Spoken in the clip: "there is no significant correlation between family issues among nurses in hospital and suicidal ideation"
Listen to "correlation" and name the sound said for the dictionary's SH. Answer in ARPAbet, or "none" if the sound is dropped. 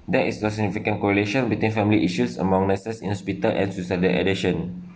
SH